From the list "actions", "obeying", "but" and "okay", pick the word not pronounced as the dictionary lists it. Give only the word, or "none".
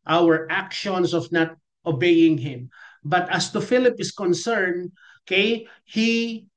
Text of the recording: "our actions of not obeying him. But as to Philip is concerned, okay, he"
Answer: actions